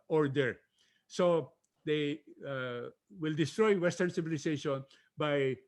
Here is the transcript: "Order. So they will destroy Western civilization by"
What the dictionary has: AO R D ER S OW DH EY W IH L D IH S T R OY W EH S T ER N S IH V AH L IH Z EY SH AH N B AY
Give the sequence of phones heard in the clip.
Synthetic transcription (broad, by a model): AO R D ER S OW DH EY W IH L D IH S T R OY W EH S T ER N S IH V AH L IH S EY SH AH N B AY